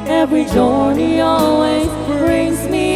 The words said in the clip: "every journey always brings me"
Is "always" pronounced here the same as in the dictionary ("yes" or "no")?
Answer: yes